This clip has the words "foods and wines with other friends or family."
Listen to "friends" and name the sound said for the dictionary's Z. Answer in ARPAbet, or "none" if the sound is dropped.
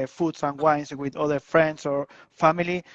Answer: S